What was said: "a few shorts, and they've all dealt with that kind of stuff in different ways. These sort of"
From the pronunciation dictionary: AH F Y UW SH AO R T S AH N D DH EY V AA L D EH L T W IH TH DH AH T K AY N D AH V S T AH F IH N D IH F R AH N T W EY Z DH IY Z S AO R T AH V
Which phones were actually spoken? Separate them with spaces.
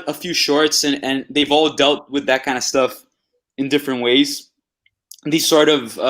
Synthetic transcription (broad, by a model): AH F Y UW SH AO R T S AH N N DH EY V AA L D EH L T W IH DH AH T K AY N D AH S T AH F IH N D IH F R AH N T W EY Z DH IY Z S AO R T AH V